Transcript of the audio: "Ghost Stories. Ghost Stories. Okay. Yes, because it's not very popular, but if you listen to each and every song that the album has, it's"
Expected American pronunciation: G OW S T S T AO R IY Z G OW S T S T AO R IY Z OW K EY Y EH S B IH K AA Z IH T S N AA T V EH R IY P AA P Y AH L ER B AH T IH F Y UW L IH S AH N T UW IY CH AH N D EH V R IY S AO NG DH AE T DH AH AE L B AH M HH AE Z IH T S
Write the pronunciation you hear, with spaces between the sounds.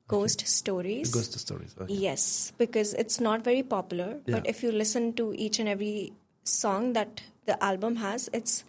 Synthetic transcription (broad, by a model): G OW S T S T AO R IY Z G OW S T S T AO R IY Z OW Y EH S B IH K AA Z IH T S N AA T V EH R IY P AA P Y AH L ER B AH T IH F Y UW L IH S AH N T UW IY CH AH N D EH V R IY S AO NG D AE T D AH AE L B AH M HH AE Z IH T S